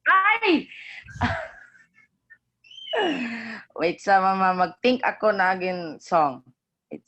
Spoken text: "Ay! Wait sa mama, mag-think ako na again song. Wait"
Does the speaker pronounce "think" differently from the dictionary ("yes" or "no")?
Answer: yes